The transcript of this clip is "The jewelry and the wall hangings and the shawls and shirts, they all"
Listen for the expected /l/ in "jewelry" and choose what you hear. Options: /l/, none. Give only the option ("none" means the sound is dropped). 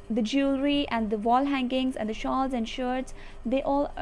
/l/